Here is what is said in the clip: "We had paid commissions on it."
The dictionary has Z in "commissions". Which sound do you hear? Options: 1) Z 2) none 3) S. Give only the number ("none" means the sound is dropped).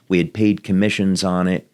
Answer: 1